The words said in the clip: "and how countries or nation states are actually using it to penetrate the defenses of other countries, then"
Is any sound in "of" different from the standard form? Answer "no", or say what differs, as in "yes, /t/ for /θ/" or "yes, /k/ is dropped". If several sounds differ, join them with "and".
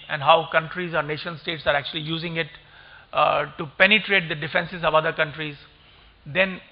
no